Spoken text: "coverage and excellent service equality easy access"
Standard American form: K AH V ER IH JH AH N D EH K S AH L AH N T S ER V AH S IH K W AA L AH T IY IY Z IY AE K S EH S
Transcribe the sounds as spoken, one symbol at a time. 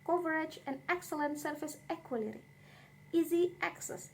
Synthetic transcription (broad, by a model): K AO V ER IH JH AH N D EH K S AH L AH N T S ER F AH S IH K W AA L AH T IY IY Z IY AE K S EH S